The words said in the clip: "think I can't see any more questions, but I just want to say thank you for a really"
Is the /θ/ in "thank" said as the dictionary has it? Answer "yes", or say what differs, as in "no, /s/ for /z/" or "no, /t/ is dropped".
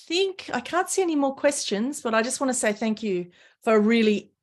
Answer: yes